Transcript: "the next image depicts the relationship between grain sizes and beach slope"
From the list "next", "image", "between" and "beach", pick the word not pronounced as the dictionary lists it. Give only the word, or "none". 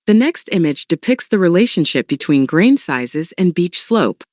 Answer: none